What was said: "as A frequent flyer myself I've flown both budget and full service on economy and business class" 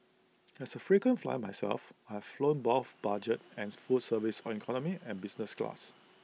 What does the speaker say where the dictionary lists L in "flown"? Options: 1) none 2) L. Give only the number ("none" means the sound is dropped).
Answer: 2